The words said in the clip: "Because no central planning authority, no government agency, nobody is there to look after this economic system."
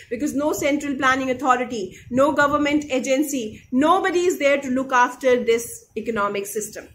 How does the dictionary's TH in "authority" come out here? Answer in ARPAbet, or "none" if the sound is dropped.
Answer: T